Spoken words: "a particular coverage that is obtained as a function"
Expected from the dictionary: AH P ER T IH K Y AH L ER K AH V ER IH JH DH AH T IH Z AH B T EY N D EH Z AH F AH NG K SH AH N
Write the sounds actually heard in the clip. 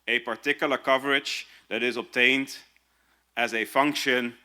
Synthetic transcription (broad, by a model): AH P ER T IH K Y L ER K AH V ER IH JH DH AH T IH Z AH B T EY N D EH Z AH F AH NG K SH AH N